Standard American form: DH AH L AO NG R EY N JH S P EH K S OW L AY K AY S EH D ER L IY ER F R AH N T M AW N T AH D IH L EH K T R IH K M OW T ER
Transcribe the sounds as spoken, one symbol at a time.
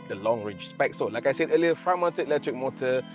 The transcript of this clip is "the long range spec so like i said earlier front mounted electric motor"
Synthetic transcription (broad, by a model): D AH L AO NG R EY JH S P EH K S OW L AY K AY S EH D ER L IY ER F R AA M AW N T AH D IH L EH K T R IH K M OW T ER